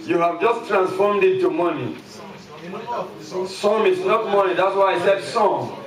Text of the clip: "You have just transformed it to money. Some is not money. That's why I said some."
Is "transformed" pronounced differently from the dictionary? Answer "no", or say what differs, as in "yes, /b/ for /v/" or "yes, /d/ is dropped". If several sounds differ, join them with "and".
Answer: no